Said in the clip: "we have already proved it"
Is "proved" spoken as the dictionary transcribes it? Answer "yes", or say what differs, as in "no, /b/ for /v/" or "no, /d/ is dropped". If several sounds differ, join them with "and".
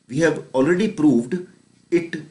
yes